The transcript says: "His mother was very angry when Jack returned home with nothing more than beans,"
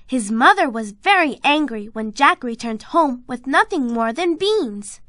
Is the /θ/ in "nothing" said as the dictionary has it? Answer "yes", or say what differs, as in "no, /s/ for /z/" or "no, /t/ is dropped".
yes